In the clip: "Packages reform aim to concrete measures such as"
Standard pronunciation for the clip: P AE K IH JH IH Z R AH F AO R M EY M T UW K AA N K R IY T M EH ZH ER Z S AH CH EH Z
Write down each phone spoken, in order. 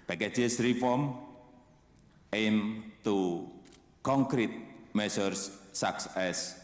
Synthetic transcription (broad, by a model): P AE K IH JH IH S R AH F AO R M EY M T UW K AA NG K R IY T M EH S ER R S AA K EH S